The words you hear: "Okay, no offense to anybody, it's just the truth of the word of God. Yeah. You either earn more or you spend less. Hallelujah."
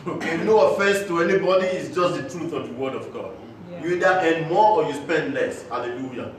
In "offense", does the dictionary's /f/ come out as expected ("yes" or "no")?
yes